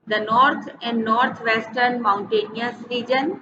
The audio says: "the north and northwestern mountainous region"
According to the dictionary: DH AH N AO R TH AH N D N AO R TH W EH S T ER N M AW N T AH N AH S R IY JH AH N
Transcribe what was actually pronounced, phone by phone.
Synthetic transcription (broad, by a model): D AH N AO R T AH N D N AO R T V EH S T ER N M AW N T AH N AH S R IY JH AH N